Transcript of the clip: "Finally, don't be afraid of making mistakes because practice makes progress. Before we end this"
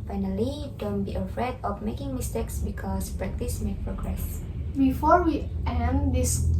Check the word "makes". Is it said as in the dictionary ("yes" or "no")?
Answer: no